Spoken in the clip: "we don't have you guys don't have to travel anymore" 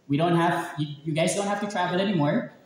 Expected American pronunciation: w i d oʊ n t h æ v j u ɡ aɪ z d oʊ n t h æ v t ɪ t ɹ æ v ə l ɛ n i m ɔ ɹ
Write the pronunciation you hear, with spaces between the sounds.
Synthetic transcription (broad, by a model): w i d oʊ n t h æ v j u ɡ aɪ z d oʊ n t h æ f t ɪ t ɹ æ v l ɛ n i m ɔ ɹ